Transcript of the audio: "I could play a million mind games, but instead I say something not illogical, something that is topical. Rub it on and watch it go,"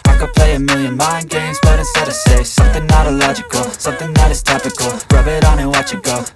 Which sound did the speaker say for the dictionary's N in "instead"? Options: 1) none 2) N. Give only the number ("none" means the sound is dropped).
1